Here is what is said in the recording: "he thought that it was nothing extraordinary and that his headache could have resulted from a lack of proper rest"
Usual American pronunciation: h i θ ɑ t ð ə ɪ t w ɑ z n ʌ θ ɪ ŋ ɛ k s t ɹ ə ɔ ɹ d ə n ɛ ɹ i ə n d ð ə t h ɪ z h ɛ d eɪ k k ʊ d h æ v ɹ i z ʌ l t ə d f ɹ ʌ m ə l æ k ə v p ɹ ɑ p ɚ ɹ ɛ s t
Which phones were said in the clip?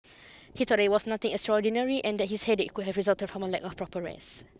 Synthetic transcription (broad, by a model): h i t ɑ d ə ɪ t w ɑ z n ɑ t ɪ ŋ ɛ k s t ɹ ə ɔ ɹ d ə n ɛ ɹ i ə n d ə t h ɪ s h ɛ d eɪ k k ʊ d h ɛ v ɹ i z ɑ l t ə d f ɹ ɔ m ə l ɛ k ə f p ɹ ɑ p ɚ ɹ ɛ s